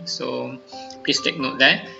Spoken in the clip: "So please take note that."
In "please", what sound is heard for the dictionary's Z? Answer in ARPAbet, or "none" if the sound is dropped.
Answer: S